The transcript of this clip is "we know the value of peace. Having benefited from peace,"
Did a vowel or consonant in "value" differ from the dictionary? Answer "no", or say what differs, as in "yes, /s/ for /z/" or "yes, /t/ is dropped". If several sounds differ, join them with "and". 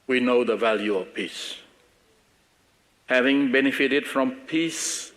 no